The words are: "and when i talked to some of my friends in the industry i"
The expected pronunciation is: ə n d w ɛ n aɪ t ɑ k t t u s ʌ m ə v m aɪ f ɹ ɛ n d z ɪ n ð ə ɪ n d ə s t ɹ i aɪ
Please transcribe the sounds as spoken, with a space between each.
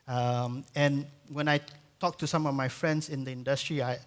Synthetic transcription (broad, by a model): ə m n w ɛ n aɪ t ɑ k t t u s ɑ m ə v m aɪ f ɹ ɛ n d s ɪ n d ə ɪ n d ə s t ɹ i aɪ